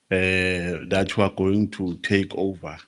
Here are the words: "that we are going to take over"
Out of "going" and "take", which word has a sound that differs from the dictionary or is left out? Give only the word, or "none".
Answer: none